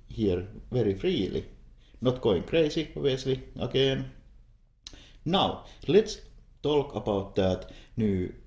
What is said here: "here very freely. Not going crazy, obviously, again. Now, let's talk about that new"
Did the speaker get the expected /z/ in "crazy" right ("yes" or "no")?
no